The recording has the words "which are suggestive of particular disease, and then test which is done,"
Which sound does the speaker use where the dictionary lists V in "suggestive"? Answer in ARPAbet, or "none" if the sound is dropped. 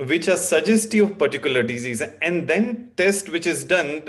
none